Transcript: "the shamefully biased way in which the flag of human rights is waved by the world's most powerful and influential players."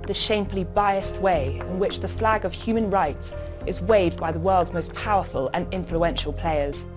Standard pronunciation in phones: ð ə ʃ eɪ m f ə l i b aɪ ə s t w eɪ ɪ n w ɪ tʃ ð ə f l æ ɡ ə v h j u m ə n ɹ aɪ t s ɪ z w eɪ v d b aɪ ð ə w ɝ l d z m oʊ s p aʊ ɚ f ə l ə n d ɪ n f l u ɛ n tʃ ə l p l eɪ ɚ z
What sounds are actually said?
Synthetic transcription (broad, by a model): ð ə ʃ eɪ m f ə l i b aɪ ə s t w eɪ ɪ n w ɪ tʃ ð ə f l æ ɡ ə v h j u m ə n ɹ aɪ t s ɪ z w eɪ v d b aɪ ð ə w ɝ l d z m oʊ s p aʊ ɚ f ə l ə n ɪ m f l u ɛ n ʃ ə l p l eɪ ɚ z